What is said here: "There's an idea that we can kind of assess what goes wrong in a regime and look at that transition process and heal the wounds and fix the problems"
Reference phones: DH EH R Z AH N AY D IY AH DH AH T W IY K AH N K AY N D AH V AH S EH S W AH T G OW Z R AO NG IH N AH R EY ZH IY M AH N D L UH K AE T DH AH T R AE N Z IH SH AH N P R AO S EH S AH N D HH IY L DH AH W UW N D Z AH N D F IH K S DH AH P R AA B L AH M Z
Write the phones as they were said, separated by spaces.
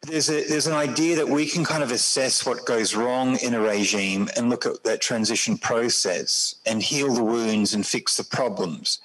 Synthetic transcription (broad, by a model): DH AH R Z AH N AY D IY AH DH AH T W IY K AH N K AY N D AH V AH S EH S W AH T G OW Z R AO NG IH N AH R EY ZH IY M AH N L UH K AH T DH AH T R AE N Z IH SH N P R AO S EH S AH N HH IY L DH AH W UW N D Z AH N F IH K S DH AH P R AA B L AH M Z